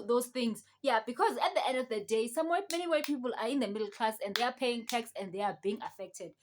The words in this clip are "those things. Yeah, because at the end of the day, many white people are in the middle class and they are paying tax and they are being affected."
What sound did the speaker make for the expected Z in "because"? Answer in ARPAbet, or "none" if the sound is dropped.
Z